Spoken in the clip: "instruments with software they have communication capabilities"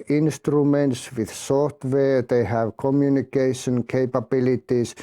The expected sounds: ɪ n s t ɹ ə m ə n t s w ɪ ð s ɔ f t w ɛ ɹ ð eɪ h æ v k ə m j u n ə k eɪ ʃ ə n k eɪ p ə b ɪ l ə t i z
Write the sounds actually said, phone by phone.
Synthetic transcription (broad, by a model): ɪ n s t ɹ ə m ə n t s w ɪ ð s ɔ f t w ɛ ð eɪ h æ v k ə m j u n ə k eɪ ʃ ə n k eɪ p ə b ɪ l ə t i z